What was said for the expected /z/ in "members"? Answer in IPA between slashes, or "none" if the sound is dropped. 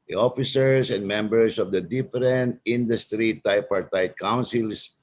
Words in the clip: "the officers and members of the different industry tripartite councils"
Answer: /s/